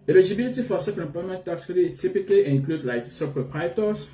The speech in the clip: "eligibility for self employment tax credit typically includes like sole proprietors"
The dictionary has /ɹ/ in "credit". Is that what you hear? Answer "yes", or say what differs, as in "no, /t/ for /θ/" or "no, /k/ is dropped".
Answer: no, /ɹ/ is dropped